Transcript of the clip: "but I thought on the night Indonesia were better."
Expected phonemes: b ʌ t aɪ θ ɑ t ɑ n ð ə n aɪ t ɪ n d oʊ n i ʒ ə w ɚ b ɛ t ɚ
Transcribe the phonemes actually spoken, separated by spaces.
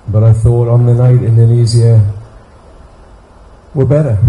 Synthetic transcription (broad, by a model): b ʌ t aɪ θ ɑ t n ð ə n aɪ t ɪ n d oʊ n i z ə w ɚ b ɛ t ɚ